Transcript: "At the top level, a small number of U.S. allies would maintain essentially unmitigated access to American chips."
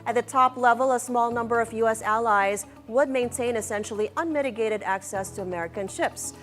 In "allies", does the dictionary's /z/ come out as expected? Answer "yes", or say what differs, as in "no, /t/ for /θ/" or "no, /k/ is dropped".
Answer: yes